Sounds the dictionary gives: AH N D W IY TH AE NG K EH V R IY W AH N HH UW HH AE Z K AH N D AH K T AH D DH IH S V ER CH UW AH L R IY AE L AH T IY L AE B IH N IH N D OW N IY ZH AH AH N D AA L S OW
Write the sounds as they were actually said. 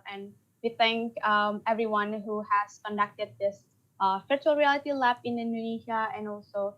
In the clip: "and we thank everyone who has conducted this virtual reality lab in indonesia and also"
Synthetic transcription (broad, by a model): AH N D W IY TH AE NG K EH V R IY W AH N HH UW HH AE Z K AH N D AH K T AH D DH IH S F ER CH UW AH L R IY AE L AH T IY L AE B IH N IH N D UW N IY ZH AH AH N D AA L S OW